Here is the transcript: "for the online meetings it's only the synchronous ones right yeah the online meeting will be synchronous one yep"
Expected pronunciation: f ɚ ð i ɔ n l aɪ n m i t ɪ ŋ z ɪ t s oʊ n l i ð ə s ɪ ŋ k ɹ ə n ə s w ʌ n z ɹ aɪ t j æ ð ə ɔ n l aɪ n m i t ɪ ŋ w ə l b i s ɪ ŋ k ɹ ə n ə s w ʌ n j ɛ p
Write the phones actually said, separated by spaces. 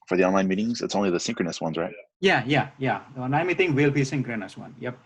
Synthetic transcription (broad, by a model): f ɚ ð i ɔ n l aɪ n m i t ɪ ŋ z ɪ t s oʊ n l i ð ə s ɪ ŋ k ɹ ə n ə s w ʌ n z ɹ aɪ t j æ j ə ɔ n aɪ m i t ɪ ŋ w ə l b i s ɪ ŋ k ɹ ə n ə s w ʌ n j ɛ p